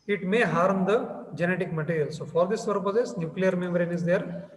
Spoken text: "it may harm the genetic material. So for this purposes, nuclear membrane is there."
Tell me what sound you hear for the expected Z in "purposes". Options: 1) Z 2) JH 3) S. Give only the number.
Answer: 3